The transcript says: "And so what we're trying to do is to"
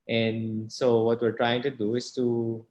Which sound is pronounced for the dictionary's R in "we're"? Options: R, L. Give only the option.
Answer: R